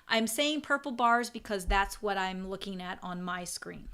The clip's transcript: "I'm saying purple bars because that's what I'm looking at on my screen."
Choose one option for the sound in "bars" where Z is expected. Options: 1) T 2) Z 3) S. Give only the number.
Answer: 2